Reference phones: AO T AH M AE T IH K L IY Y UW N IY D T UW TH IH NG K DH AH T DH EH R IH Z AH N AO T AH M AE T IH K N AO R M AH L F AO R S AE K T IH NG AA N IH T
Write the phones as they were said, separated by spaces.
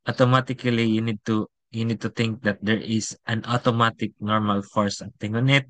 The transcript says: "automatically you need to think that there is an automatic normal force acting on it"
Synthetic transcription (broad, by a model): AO T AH M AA T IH K L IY Y UW N IY D T UW T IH NG K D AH T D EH R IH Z AH N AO T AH M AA T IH K N AO R M AH L F AO R S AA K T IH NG AA N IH T